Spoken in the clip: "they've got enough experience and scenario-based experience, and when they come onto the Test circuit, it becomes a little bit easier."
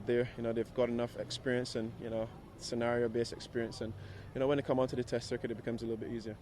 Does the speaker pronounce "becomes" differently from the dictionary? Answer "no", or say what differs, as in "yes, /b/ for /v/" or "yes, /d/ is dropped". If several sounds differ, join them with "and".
no